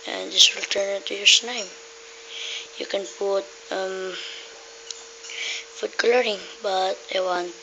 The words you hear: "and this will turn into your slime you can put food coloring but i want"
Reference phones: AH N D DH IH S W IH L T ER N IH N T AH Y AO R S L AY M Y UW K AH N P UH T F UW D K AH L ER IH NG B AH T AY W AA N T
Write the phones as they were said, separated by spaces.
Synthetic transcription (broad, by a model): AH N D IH S W IH L T ER N IH N T AH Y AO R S N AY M Y UW K AH N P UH T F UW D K L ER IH NG B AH T AY W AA N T